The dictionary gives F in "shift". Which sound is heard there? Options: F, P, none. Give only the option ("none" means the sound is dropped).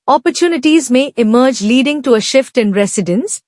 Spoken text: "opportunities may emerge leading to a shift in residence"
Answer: F